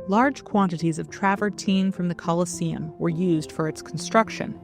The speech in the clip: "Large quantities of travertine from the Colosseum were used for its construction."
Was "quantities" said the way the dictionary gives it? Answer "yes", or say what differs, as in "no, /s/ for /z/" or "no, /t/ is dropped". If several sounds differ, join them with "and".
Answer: yes